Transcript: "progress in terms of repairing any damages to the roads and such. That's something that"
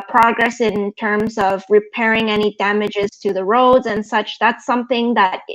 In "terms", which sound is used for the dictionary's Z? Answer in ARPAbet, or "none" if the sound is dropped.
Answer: Z